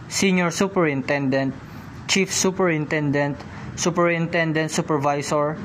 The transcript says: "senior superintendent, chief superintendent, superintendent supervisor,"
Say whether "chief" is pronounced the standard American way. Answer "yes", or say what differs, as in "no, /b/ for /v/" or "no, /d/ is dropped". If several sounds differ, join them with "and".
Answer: yes